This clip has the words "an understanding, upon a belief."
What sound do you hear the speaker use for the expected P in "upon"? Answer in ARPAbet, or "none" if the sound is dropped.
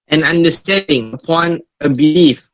P